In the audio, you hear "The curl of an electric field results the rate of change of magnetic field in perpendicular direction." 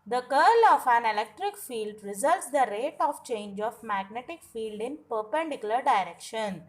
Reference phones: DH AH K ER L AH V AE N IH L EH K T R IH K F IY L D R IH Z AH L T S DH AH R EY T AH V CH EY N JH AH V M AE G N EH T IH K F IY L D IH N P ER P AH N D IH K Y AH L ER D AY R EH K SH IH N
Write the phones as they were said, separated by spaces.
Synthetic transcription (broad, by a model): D AH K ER L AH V AE N IH L EH K T R IH K F IY L D R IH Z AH L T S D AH R EY T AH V CH EY N JH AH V M AE G N EH T IH K F IY L D IH N P ER P AH N D IH K Y AH L ER D AY R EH K SH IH N